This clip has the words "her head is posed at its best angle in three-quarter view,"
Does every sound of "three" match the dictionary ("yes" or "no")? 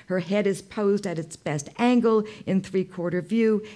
yes